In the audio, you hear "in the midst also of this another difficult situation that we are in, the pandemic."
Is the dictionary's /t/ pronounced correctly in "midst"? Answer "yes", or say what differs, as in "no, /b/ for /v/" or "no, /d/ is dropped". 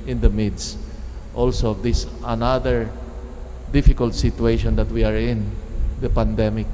yes